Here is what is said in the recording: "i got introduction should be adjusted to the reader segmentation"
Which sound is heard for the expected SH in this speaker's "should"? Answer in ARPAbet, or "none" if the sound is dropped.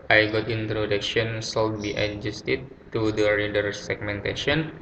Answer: S